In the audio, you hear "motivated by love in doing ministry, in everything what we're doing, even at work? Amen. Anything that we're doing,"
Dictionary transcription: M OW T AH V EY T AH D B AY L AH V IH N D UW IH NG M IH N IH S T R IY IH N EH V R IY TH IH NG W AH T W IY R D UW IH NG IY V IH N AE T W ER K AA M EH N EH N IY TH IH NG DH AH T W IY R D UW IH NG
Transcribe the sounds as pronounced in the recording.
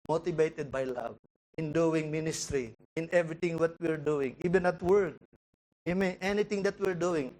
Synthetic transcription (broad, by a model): M OW T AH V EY T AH D B AY L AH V IH N D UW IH NG M IH N IH S T R IY IH N EH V R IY T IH NG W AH T W IY R D UW IH NG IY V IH N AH T W ER K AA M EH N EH N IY T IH NG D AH T W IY R D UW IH NG